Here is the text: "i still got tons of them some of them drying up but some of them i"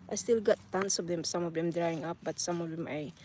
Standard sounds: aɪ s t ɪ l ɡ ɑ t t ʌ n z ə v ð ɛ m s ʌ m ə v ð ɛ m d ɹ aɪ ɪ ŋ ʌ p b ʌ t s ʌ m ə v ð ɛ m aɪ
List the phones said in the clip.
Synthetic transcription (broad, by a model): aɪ s t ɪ l ɡ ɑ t t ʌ n s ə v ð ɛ m s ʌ m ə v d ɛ m d ɹ aɪ ɪ ŋ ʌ p b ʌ t s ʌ m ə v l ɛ m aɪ